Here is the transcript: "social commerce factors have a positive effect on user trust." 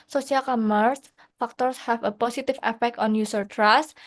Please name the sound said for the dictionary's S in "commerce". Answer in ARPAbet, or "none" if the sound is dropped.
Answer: S